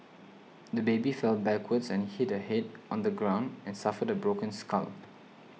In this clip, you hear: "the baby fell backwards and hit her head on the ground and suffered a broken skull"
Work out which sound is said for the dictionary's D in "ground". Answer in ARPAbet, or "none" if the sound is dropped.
D